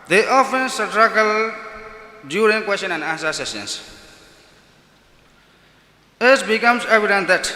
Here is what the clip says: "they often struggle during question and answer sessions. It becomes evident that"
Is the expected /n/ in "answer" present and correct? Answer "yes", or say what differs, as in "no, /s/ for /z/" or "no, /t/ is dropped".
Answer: no, /n/ is dropped